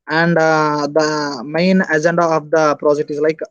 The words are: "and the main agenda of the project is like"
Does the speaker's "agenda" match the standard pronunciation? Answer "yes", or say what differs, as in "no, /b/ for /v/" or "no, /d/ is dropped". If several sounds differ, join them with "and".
yes